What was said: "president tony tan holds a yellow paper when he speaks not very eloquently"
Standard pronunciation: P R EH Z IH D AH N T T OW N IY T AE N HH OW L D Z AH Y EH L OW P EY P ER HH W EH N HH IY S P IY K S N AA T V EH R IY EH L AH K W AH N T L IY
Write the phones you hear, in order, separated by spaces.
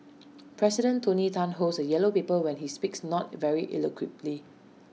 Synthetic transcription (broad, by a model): P R EH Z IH D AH N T T OW N IY T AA N HH OW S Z AH Y EH L OW P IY P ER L W EH N HH IY S P IY K S N AA T V EH R IY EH L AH K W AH T L IY